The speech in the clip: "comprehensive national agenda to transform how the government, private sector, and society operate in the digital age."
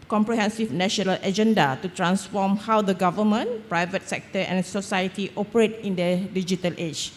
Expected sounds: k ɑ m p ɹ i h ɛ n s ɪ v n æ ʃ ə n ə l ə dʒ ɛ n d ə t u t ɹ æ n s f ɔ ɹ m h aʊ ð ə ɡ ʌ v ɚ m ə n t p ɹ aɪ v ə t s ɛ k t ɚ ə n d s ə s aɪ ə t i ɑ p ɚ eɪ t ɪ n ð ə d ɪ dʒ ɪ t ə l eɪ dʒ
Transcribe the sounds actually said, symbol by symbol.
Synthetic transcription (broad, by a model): k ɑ m p ɹ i h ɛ n s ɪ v n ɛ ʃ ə n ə l ə dʒ ɛ n d ə t u t ɹ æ n s f ɔ m h aʊ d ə ɡ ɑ v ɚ m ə n p ɹ aɪ v ə t s ɛ k t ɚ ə n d s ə s aɪ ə t i ɑ p ɚ eɪ t ɪ n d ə d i dʒ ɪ t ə l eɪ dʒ